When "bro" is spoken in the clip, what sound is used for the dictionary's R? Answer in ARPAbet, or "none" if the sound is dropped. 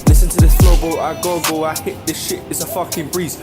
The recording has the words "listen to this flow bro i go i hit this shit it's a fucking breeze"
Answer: L